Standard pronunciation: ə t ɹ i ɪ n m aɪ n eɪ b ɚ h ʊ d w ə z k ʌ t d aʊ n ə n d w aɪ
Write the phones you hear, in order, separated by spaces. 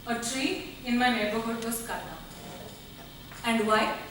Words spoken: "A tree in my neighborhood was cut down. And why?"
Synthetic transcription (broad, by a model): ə t ɹ i ɪ n m aɪ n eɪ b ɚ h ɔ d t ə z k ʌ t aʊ ə n d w aɪ